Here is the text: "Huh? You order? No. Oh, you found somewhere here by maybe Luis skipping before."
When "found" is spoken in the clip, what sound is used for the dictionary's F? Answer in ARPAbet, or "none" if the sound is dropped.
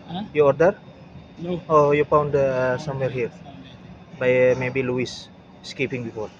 P